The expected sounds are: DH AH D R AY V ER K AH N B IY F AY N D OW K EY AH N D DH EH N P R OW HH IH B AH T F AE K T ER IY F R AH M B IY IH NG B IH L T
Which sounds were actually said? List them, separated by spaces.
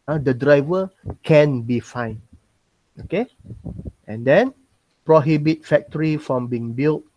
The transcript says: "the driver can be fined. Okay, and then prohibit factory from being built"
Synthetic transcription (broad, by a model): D AH D R AY V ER K AH N B IY F AY N OW K EY AH N D EH N P R OW HH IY B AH T F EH K T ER IY F R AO M B IY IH NG B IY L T